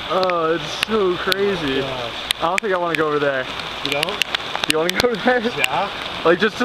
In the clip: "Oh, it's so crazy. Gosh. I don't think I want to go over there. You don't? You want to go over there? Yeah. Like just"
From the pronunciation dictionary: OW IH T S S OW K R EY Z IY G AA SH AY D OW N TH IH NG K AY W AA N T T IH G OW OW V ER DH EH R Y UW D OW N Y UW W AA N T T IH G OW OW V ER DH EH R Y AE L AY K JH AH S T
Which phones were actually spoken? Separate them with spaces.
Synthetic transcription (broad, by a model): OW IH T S S OW K R EY Z IY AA IH D OW N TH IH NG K AY W AA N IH G OW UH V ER DH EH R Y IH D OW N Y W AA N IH G OW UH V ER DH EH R Y AE L AY K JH AH S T